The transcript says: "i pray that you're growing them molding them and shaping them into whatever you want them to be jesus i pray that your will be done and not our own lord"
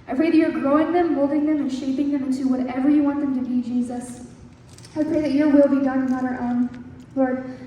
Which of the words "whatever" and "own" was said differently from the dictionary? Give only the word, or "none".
none